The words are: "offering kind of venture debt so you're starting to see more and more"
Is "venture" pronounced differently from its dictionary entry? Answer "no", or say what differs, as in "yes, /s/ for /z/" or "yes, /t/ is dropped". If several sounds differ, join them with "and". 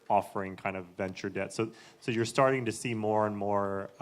no